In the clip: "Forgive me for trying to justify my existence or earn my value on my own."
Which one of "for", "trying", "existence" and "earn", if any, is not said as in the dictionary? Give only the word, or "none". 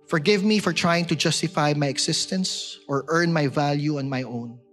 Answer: existence